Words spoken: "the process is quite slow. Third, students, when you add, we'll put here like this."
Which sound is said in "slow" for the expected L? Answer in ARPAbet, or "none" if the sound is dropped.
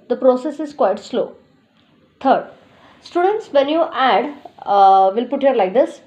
L